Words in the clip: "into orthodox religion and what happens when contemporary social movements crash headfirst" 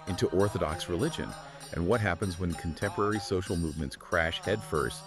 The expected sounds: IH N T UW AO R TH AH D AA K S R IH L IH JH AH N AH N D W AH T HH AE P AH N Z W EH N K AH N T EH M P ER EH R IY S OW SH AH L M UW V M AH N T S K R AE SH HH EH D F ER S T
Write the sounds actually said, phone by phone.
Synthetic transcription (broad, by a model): IH N T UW AO R TH AH D AA K S R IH L IH JH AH N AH N W AH T HH AE P AH N Z W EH N K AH N T EH M P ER EH R IY S OW SH L M UW V M AH N T S K R AE SH HH EH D F ER S T